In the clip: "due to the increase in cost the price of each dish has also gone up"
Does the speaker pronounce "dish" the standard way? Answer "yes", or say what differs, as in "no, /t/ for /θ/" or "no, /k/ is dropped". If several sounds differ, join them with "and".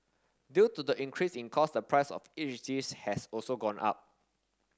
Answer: no, /s/ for /ʃ/